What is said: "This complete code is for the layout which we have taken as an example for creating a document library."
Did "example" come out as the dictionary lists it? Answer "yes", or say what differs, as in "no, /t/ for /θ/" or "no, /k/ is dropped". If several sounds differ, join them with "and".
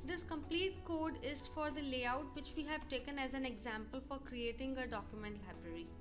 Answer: yes